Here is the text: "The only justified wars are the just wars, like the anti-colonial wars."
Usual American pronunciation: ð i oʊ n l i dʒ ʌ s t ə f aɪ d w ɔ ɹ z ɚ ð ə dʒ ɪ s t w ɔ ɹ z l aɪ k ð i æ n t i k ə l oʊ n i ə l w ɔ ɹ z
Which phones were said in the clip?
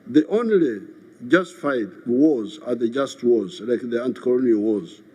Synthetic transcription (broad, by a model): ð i oʊ n l i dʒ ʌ s t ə f aɪ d w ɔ z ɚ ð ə dʒ ɪ s t w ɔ z l aɪ k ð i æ n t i k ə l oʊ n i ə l w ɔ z